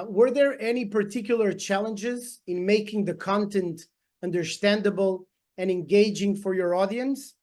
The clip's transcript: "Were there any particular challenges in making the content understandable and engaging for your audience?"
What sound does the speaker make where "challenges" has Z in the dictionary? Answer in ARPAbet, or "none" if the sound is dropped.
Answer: Z